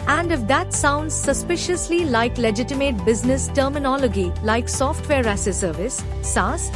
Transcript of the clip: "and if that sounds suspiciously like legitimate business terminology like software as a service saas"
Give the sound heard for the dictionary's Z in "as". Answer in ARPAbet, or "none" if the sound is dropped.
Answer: S